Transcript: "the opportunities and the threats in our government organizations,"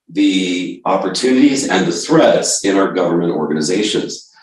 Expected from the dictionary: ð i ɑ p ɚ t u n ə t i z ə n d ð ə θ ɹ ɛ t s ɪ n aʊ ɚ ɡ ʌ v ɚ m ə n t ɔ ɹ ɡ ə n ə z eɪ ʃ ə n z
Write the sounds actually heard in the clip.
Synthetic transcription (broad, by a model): ð i ɑ p ɚ t u n ə t i z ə n ð ə θ ɹ ɛ t s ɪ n aʊ ɚ ɡ ʌ v ɚ m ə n t ɔ ɹ ɡ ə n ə z eɪ ʃ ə n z